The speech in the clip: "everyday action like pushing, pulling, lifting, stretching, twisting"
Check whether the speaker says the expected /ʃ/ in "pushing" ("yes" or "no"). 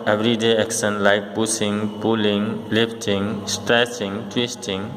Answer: no